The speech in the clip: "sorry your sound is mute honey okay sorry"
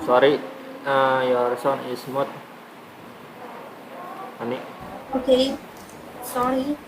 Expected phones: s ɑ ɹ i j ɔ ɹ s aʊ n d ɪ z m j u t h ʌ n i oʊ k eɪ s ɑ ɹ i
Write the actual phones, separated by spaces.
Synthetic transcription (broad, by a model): s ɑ ɹ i j ɔ ɹ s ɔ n ɪ s m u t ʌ n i oʊ k eɪ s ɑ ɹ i